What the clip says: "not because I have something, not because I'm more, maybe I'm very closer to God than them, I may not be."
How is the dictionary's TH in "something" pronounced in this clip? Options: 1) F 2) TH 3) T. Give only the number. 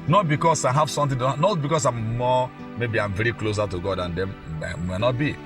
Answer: 3